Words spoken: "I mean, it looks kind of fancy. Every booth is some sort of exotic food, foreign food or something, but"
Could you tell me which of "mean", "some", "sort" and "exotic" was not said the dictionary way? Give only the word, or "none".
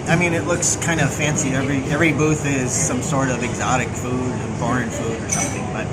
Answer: none